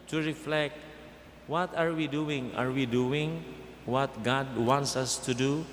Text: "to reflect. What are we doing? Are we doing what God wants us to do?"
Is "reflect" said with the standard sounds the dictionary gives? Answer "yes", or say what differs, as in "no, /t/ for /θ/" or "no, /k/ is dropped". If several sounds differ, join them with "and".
yes